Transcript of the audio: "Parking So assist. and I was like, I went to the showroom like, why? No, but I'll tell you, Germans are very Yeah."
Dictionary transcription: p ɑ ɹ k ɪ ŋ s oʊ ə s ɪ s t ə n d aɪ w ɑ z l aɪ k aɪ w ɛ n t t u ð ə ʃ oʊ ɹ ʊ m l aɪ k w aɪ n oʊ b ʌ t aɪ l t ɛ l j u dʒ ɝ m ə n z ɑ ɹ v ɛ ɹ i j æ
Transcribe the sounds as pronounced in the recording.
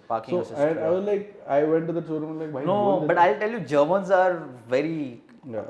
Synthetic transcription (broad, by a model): p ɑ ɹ k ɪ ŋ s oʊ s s ə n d aɪ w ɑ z l aɪ k aɪ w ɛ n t t u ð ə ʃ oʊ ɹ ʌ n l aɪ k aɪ n oʊ b ʌ t aɪ l t ɛ l j u dʒ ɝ m ə n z ɑ ɹ v ɛ ɹ i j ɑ